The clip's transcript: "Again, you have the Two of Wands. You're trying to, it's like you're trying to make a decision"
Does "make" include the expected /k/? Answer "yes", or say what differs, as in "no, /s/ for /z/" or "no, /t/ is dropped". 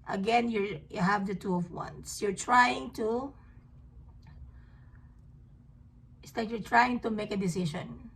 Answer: yes